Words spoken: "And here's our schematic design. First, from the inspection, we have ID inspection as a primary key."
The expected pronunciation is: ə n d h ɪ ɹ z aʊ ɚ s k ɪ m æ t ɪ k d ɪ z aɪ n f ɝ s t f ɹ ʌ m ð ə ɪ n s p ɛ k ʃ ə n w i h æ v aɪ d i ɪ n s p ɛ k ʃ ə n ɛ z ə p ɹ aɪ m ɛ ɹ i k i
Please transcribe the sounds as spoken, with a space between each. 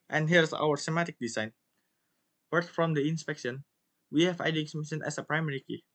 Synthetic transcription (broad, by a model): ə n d h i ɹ s aʊ ɚ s ɪ m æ t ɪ k d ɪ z aɪ n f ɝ t f ɹ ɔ m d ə ɪ n s p ɛ k ʃ ə n w i h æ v aɪ d i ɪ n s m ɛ ʃ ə n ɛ s ə p ɹ aɪ m ɛ ɹ i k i